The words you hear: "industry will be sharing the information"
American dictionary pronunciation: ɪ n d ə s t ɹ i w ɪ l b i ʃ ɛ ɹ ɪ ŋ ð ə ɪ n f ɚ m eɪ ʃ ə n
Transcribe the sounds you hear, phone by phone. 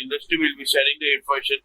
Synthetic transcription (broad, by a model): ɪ n d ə s t ɹ i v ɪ l b i s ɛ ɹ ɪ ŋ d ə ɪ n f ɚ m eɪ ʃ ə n